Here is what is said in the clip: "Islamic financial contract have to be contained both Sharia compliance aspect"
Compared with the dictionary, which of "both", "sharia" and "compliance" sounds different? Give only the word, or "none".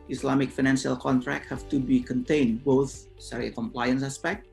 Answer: sharia